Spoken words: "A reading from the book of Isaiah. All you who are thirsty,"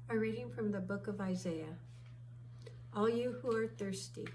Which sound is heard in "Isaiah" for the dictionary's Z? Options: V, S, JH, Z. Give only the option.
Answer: Z